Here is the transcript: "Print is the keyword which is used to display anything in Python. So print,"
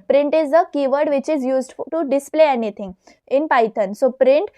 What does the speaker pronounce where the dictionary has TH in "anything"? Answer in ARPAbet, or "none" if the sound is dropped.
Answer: T